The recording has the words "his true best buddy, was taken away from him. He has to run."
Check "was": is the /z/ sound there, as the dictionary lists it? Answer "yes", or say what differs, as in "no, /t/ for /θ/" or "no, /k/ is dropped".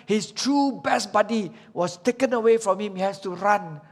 no, /s/ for /z/